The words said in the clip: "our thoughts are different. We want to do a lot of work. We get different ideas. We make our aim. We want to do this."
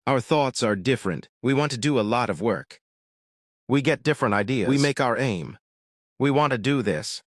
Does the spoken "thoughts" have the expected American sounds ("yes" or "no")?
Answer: yes